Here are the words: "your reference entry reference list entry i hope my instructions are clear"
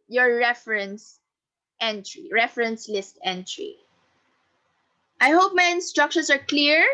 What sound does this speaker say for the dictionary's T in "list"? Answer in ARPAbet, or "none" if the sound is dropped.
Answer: T